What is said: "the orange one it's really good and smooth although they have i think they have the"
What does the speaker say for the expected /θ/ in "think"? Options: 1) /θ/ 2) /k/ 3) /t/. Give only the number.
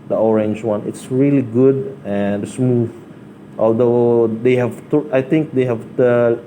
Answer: 3